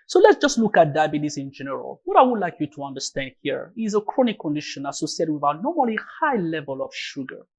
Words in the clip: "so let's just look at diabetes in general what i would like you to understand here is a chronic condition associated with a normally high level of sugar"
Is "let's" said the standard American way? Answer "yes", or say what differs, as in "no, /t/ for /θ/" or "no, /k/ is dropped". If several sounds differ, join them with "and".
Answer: yes